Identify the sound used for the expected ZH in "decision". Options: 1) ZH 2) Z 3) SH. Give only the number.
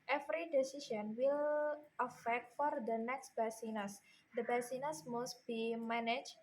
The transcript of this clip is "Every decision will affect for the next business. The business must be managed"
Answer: 3